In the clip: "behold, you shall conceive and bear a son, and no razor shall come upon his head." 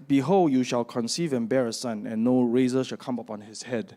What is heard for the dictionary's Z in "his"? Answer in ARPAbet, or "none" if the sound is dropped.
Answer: S